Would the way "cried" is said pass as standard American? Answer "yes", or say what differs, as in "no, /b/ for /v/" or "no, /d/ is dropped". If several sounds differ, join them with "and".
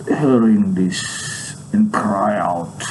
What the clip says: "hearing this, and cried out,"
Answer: no, /d/ is dropped